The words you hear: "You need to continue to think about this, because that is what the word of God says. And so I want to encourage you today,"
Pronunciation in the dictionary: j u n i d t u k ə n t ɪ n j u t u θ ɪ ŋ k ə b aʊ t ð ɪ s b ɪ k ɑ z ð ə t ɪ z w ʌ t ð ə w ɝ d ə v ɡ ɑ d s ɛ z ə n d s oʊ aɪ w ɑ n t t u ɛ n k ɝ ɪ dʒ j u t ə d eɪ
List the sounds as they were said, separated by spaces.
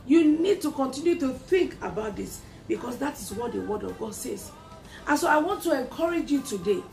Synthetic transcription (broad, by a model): j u n i d t u k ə n t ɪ n j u t u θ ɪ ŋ k ə b aʊ t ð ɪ s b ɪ k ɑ s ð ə t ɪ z w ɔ t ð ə w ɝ d ə v ɡ ɑ d s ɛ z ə n s oʊ aɪ w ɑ n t t u ɛ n k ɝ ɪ dʒ j u t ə d eɪ